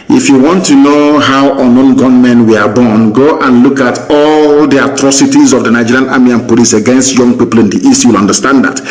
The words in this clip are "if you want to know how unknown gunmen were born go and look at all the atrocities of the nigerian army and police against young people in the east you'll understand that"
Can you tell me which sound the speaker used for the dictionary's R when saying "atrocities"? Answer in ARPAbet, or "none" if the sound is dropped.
R